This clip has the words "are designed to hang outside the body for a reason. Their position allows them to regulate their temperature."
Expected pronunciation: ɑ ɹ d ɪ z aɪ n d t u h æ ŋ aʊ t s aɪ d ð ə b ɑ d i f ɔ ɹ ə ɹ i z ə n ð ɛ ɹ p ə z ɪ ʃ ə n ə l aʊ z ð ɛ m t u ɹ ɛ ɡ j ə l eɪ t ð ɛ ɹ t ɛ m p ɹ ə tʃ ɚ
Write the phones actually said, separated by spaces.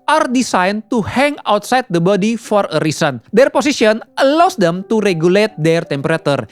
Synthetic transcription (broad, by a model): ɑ ɹ d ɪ s aɪ n t u h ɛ ŋ aʊ t s aɪ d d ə b ɑ d i f ɔ ɹ ə ɹ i s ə n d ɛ ɹ p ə s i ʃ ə n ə l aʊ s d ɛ m t u ɹ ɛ ɡ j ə l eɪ t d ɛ ɹ t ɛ m p ɹ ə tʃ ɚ